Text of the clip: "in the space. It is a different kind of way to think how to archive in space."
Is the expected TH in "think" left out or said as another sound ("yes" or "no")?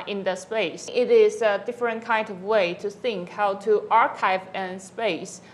no